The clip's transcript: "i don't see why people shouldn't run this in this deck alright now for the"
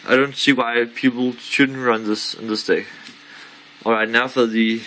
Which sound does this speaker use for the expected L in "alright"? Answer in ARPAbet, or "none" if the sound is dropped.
L